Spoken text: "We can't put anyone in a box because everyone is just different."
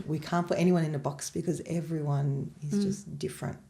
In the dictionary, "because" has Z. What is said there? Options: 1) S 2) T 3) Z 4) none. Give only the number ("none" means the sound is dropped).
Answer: 3